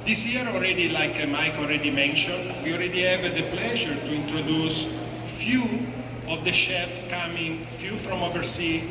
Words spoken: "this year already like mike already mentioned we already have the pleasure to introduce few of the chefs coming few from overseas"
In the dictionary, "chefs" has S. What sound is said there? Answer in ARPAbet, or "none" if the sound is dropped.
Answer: none